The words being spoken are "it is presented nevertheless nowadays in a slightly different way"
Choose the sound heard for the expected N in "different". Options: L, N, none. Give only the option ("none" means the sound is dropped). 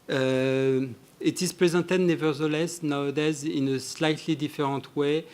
none